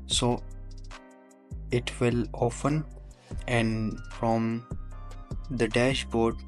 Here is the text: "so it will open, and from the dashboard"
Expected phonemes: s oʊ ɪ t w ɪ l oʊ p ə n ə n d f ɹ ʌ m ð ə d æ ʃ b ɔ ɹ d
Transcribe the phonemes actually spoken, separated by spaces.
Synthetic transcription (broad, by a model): s oʊ ɪ t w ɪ l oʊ f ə n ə n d f ɹ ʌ m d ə d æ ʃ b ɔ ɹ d